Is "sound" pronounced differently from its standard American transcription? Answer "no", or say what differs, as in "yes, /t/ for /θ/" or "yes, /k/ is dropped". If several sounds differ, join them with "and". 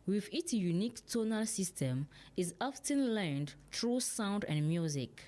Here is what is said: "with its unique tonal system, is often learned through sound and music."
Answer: no